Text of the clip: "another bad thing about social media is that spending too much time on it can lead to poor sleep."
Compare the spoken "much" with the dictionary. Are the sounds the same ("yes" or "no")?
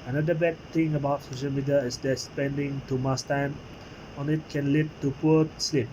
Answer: no